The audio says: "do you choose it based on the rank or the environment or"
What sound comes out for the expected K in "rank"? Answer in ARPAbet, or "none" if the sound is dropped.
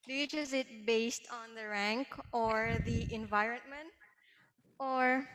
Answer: K